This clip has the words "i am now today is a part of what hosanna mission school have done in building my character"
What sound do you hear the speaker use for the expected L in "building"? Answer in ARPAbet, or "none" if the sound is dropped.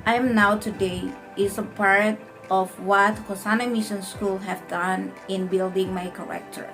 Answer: L